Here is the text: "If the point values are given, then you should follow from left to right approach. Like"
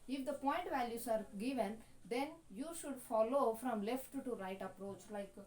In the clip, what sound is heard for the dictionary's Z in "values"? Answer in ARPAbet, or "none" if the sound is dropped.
S